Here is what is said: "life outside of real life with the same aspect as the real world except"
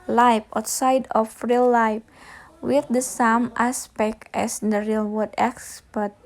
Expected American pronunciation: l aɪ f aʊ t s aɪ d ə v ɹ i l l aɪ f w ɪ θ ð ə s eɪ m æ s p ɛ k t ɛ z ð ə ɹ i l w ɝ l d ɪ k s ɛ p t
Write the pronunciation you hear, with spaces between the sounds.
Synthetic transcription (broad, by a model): l aɪ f aʊ t s aɪ d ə f ɹ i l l aɪ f w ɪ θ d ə s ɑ m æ s p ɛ k t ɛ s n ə ɹ i l w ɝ d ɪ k s p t